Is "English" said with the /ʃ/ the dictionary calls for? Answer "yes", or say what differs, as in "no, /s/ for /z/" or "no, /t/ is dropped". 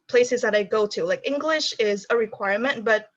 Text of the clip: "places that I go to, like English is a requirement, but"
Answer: yes